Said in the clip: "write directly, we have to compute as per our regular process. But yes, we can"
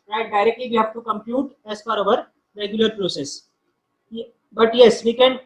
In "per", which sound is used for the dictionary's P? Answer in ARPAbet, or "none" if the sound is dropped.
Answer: F